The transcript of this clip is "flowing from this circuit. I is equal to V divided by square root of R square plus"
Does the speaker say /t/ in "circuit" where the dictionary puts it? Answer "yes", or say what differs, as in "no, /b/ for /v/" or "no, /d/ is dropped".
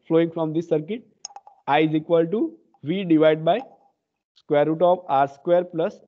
yes